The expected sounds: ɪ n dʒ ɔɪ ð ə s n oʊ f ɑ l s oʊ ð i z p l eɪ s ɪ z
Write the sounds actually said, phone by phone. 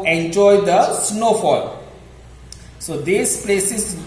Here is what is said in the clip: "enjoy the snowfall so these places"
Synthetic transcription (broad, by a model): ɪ n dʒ ɔɪ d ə s n oʊ f ɑ l s oʊ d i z p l eɪ s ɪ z